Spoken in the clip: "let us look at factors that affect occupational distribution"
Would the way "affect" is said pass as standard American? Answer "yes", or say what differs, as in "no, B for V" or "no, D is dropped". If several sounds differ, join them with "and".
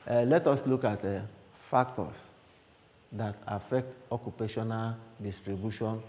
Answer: yes